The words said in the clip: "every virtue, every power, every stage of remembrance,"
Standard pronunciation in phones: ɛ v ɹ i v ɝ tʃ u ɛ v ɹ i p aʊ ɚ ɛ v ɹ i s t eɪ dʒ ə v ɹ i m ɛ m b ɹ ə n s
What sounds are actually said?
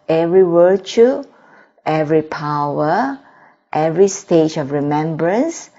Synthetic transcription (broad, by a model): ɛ v ɹ i w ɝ tʃ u ɛ v ɹ i p aʊ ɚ ɛ v ɹ i s t eɪ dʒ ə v ɹ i m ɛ m b ɹ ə n s